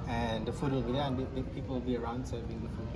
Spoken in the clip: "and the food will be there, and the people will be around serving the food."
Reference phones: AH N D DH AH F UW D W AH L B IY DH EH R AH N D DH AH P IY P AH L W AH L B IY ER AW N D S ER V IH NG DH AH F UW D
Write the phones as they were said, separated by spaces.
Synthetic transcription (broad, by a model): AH N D DH AH F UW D W AH L B IY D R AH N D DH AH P IY P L W AH L B IY ER AW N D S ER B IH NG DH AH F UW